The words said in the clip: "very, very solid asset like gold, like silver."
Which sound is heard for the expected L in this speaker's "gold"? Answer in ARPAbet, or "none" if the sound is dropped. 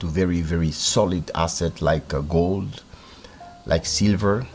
L